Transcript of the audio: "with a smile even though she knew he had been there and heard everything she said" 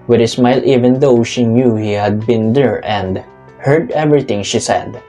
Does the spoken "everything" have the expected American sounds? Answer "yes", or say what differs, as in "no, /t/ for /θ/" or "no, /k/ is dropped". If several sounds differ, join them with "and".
no, /t/ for /θ/